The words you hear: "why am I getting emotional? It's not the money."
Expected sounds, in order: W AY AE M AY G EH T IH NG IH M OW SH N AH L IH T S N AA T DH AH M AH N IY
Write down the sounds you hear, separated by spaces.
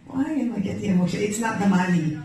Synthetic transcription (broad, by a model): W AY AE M AY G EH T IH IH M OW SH AH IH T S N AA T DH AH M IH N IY